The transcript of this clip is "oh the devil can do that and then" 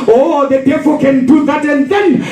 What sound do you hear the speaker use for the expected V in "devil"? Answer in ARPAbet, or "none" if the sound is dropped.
P